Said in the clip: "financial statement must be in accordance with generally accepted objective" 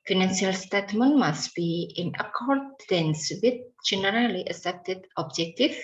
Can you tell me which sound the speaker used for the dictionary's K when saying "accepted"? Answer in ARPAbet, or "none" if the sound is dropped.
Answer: none